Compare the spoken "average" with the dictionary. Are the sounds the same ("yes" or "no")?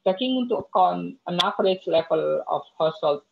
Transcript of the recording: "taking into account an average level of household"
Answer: no